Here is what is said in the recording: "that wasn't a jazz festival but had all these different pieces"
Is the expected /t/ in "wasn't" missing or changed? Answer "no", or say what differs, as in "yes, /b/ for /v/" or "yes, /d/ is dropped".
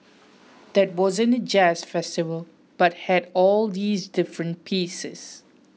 yes, /t/ is dropped